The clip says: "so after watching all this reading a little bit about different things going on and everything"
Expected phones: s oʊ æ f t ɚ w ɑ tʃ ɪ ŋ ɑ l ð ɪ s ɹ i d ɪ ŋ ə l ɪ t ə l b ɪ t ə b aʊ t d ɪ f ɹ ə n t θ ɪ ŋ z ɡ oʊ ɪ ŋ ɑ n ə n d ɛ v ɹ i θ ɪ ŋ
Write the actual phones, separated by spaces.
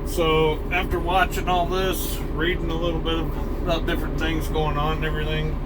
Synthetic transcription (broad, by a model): s oʊ æ f t ɚ w ɑ tʃ ɪ ŋ ɑ l ð ɪ s ɹ i d ɪ ŋ ə l ɪ t l b ɪ t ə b aʊ t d ɪ f ɹ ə n θ ɪ ŋ z ɡ oʊ ɪ ŋ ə n ɛ v ɹ i θ ɪ ŋ